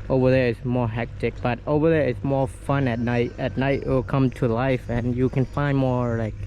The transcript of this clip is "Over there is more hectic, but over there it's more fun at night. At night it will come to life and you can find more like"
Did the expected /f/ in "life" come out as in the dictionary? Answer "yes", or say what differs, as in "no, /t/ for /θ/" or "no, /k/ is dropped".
yes